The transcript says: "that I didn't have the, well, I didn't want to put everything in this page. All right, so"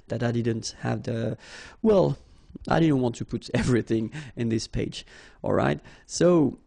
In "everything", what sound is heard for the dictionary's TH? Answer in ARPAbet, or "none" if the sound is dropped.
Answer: TH